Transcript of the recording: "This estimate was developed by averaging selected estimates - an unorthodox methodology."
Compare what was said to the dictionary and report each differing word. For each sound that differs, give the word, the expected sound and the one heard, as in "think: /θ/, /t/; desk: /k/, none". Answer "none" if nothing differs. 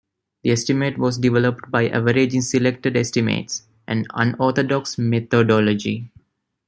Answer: this: /s/, none; unorthodox: /θ/, /t/; methodology: /θ/, /t/